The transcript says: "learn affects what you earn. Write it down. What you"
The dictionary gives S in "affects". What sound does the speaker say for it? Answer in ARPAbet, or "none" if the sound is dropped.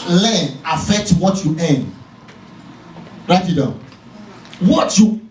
none